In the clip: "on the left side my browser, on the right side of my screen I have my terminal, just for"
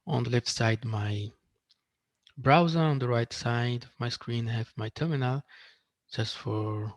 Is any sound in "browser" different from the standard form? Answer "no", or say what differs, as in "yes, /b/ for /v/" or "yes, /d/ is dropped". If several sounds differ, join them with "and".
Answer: no